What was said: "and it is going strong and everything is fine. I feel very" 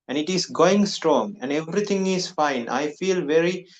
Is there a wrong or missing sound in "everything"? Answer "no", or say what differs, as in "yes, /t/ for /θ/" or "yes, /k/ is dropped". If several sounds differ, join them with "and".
yes, /t/ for /θ/